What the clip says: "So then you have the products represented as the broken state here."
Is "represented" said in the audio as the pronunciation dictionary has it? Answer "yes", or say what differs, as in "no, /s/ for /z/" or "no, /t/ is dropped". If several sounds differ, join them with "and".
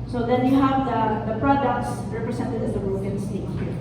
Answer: no, /s/ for /z/